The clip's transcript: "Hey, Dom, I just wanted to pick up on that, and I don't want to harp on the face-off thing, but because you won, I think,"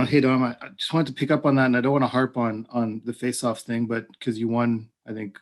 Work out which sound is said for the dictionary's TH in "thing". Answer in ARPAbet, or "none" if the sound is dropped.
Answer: TH